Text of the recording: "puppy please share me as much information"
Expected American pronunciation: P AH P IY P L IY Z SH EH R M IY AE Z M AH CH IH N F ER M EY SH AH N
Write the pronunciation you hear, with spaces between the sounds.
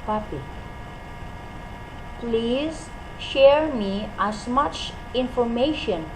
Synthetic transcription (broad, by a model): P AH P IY P L IY Z SH EH R M IY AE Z M AH CH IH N F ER M EY SH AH N